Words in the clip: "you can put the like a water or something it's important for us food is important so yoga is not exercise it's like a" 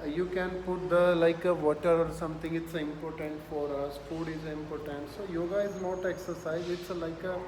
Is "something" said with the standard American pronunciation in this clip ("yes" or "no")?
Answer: no